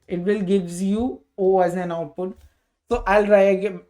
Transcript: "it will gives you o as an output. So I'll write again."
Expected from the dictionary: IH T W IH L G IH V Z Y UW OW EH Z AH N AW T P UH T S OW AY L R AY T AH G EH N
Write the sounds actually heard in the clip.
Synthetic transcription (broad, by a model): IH T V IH L G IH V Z Y UW OW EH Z AH N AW T P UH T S OW AY L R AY AH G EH